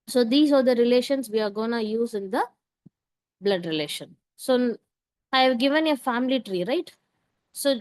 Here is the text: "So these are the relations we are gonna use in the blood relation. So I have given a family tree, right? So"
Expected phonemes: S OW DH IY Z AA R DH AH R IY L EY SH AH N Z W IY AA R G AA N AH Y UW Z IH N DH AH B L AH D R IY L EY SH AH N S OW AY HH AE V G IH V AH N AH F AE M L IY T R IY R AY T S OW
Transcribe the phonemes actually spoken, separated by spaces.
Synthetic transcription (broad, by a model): S OW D IY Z AA R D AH R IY L EY SH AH N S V IY AA R G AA N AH Y UW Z IH N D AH B L AH D R IY L EY SH AH N S OW AY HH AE V G IH V AH N AH F AE M L IY T R IY R AY T S OW